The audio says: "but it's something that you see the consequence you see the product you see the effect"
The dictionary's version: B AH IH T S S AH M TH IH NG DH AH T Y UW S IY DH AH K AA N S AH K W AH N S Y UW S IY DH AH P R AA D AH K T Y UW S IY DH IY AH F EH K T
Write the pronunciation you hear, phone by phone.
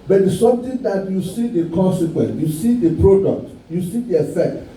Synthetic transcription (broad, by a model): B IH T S S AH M T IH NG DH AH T Y UW S IY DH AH K AA N S AH K W AH N S Y UW S IY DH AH P R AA D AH K T Y UW S IY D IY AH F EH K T